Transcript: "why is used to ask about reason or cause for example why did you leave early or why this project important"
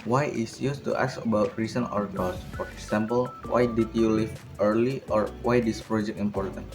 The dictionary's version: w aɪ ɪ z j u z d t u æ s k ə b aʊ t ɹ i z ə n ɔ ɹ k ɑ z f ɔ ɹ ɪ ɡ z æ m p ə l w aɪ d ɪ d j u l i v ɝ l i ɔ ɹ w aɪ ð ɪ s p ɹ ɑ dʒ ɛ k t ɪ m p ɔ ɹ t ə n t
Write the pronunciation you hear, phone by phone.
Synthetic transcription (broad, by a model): w aɪ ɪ s j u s t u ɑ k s ə b aʊ t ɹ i s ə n ɔ ɹ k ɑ s f ɔ ɹ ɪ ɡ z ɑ m p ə l w aɪ d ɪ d j u l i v ɝ l i ɔ ɹ w aɪ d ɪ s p ɹ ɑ dʒ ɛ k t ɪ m p ɔ ɹ t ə n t